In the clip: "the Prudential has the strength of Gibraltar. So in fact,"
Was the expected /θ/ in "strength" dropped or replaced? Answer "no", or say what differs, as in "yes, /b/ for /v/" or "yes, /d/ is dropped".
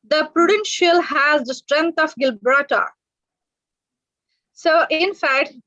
yes, /t/ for /θ/